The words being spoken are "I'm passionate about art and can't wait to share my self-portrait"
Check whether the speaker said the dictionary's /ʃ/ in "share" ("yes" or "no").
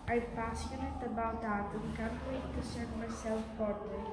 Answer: no